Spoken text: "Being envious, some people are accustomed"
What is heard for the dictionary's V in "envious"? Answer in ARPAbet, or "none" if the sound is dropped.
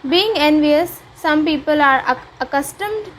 V